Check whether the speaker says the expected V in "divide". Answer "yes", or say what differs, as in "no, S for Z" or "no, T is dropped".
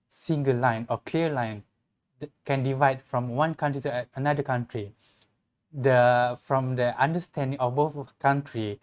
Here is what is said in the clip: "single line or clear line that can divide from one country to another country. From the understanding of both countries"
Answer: yes